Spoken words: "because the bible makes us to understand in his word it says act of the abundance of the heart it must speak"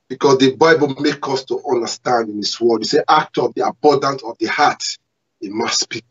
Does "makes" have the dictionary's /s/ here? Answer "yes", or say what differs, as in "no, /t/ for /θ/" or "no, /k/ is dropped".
no, /s/ is dropped